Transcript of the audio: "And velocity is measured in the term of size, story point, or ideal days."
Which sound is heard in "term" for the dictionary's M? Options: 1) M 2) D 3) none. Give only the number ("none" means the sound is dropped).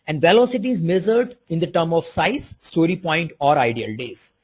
1